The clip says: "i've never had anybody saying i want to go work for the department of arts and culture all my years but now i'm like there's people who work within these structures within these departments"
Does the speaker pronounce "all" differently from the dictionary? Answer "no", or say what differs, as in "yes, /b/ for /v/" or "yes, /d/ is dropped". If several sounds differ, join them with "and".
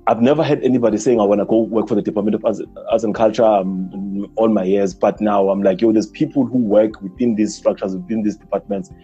yes, /n/ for /l/